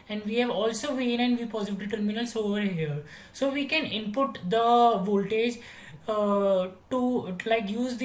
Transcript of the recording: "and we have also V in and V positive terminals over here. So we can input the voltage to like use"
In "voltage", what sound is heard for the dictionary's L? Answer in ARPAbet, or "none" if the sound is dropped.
L